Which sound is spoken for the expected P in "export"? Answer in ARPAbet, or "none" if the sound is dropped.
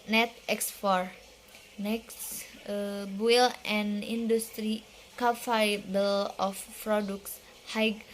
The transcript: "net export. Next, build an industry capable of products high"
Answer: F